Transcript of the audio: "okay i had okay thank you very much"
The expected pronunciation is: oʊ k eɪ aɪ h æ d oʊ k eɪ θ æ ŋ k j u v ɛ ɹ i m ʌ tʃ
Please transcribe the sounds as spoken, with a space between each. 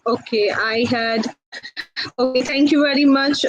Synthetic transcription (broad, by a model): oʊ k eɪ aɪ h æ d oʊ k eɪ t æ ŋ k j u v ɛ ɹ i m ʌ tʃ